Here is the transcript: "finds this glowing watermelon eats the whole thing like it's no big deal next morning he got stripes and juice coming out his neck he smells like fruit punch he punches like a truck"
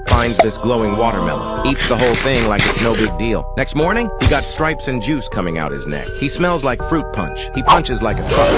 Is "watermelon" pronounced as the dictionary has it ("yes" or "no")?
no